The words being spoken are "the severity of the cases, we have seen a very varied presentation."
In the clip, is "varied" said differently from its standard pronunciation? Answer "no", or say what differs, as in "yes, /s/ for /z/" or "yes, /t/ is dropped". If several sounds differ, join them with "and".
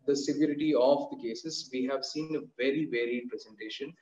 no